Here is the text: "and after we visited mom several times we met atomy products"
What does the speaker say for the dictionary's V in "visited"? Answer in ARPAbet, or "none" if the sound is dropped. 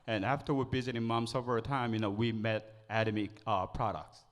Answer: B